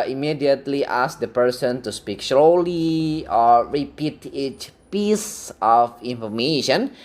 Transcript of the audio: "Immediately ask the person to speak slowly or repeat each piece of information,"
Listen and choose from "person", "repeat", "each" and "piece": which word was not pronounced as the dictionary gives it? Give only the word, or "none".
none